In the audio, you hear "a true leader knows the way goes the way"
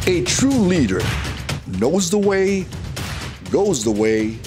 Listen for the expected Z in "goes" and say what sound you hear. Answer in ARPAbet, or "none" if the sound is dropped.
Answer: Z